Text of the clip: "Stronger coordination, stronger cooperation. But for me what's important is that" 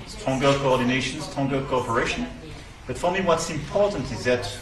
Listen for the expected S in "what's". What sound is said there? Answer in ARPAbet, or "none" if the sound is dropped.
S